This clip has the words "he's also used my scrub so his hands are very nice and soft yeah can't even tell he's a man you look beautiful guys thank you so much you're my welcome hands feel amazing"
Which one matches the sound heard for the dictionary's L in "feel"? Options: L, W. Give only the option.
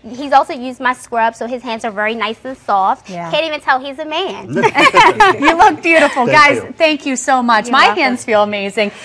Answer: L